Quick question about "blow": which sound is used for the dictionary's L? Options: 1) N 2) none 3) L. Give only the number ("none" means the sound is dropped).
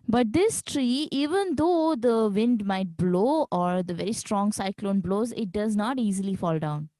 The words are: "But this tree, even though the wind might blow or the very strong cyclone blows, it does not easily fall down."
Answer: 3